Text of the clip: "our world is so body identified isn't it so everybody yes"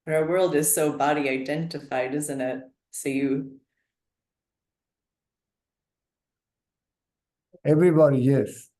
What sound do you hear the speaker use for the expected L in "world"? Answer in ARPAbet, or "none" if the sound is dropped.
L